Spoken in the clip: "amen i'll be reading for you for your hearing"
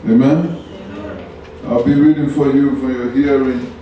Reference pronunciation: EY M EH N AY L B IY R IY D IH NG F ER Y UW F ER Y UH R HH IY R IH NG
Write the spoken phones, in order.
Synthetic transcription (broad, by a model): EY M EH N AY L B IY R IY D IH NG F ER Y UW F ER Y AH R HH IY R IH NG